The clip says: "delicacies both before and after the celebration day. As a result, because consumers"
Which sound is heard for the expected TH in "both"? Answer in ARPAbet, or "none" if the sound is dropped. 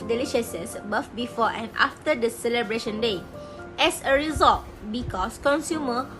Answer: F